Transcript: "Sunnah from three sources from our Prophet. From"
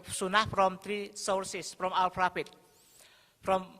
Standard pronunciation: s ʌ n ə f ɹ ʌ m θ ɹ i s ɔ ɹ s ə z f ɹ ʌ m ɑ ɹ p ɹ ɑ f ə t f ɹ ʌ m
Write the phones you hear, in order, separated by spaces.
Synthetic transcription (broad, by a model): s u n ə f ɹ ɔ m t ɹ i s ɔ ɹ s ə s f ɹ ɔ m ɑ l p ɹ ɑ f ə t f ɹ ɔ m